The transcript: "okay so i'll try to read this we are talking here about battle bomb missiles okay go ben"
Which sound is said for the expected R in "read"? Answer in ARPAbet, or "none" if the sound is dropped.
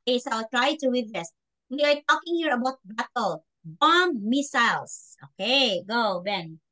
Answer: W